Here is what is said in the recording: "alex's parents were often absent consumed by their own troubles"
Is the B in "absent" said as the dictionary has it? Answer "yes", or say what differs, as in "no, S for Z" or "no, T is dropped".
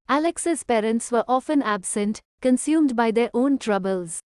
yes